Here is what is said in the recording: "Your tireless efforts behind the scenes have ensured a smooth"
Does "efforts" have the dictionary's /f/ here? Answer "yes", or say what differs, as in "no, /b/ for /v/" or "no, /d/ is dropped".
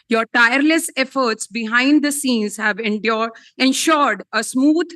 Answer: yes